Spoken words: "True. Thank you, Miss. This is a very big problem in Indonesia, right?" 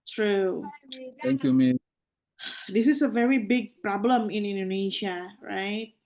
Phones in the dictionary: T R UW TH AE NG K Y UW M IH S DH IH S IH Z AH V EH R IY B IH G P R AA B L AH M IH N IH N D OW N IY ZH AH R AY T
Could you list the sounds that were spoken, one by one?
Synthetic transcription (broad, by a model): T R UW T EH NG K Y UW M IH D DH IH S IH S AH V EH R IY B IH G P R AA B L AH M IH N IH N D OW N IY SH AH R AY T